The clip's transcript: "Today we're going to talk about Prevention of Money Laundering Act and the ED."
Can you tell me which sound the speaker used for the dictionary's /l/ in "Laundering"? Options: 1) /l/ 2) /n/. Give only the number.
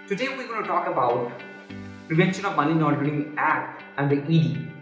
2